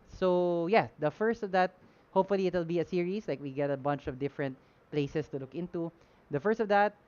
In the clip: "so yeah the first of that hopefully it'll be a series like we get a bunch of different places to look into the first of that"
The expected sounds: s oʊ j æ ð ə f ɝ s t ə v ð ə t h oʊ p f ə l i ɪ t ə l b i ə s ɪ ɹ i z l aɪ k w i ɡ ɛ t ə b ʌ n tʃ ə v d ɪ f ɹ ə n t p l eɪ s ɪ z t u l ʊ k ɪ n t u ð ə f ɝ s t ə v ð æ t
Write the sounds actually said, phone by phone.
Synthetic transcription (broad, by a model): s oʊ j æ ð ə f ɝ s t ə v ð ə t h oʊ p f ə l i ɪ t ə l b i ə s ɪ ɹ i s l aɪ k w i ɡ ɛ t ə b ʌ n tʃ ə v d ɪ f ɹ ə n t p l eɪ s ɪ s t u l ʊ k ɪ n t u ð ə f ɝ s t ə v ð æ t